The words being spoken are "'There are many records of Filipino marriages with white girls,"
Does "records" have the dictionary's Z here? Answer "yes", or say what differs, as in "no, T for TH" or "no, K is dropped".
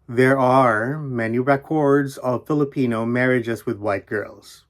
yes